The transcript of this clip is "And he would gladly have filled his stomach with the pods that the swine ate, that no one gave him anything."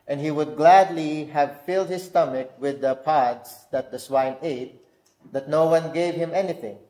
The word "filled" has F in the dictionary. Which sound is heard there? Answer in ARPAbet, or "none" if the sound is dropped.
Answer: F